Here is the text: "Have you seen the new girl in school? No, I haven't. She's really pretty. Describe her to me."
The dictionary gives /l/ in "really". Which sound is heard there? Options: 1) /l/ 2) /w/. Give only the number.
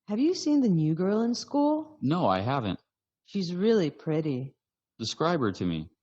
1